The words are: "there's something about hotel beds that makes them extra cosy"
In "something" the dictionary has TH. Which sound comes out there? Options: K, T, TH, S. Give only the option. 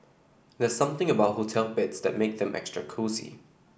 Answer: TH